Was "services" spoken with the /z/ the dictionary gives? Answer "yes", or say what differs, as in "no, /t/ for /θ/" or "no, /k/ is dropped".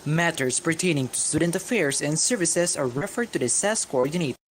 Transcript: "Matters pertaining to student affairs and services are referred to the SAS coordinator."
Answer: no, /s/ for /z/